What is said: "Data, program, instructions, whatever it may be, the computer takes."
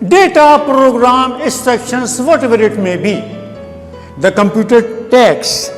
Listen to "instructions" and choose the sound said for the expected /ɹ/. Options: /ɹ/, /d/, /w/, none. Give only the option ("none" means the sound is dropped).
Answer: none